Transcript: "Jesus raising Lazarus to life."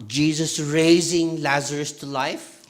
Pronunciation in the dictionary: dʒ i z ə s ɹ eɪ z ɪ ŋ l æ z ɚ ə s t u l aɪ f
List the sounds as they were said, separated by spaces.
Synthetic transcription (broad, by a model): dʒ i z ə s ɹ eɪ z ɪ ŋ l æ z ɚ ə s t u l aɪ f